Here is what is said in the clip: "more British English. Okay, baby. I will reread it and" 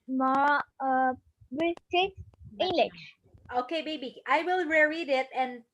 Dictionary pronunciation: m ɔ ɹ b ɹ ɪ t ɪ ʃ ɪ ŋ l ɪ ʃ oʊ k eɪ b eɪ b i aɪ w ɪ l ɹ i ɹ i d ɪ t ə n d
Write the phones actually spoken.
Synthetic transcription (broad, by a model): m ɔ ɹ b ɪ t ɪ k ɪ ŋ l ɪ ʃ oʊ k eɪ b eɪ b i aɪ w ɪ l ɹ i ɹ i d ɪ t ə n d